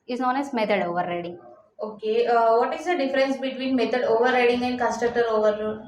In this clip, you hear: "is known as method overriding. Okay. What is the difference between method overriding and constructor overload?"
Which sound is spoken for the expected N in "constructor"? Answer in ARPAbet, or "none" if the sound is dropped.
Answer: none